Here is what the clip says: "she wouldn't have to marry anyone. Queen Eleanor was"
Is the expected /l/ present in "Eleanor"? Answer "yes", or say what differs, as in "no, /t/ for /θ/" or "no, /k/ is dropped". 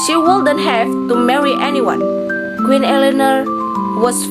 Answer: yes